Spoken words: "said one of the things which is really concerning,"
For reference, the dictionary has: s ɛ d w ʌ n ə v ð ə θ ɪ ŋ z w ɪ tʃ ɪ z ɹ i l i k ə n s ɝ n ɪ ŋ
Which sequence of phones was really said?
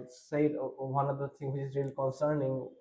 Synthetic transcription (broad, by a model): s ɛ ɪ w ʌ n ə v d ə t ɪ ŋ w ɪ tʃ ɪ z ɹ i l i k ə n s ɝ n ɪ ŋ